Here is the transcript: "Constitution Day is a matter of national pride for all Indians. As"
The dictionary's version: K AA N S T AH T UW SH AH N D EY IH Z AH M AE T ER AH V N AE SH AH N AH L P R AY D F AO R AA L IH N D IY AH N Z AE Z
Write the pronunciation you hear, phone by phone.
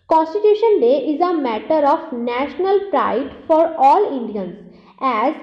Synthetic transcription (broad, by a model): K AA N S T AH T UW SH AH N D EY IH Z AH M AE T ER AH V N AE SH AH N AH L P R AY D F AO R AA L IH N D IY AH N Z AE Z